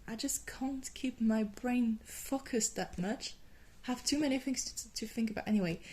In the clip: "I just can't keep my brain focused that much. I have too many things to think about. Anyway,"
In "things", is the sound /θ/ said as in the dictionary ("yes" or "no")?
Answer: yes